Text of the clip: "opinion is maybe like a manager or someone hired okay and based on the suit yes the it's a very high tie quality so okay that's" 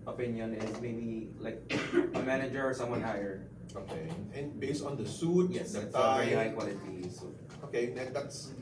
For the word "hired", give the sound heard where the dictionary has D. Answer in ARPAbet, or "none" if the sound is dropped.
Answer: none